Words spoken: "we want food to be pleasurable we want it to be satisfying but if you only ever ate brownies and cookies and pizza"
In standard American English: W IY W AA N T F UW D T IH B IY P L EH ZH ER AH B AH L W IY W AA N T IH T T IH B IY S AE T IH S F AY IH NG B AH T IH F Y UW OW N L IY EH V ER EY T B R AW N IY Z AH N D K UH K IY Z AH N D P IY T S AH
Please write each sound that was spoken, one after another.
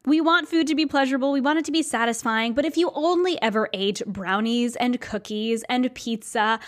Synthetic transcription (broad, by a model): W IY W AA N T F UW D T IH B IY P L EH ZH ER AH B L W IY W AA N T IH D T IH B IY S AE T IH S F AY IH NG B AH T IH F Y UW OW N L IY EH V ER EY T B R AW N IY Z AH N K UH K IY Z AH N P IY T S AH